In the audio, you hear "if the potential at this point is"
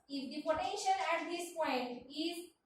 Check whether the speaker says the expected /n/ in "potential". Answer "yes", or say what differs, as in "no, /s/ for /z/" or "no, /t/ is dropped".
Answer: no, /n/ is dropped